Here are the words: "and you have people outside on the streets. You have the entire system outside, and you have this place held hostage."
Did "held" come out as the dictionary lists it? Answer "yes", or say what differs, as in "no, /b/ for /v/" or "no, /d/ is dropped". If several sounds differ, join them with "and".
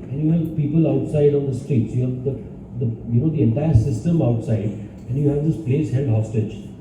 no, /n/ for /l/